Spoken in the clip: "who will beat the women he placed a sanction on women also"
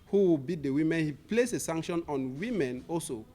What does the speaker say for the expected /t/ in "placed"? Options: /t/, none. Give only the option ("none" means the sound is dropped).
none